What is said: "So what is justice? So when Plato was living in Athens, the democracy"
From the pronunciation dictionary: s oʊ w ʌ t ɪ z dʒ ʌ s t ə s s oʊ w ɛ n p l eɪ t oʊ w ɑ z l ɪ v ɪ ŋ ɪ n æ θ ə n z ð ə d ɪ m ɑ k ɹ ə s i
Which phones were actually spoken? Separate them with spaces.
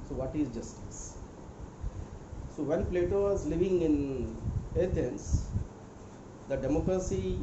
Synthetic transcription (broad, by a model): s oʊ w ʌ t ɪ z dʒ ʌ s t ə s s oʊ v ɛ n p l eɪ t oʊ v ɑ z l ɪ v ɪ ŋ ɪ n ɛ t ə n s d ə d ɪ m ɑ k ɹ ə s i